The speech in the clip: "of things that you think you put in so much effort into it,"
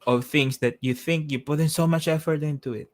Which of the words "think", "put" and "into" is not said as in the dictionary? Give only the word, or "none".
none